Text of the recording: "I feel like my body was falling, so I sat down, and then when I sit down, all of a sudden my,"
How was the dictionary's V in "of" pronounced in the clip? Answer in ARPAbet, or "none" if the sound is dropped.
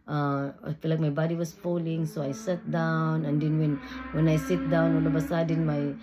B